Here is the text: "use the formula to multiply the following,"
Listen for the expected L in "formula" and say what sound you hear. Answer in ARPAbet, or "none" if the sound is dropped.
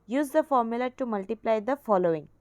L